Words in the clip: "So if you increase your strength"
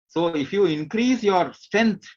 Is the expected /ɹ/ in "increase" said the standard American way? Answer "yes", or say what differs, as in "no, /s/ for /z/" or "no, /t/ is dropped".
yes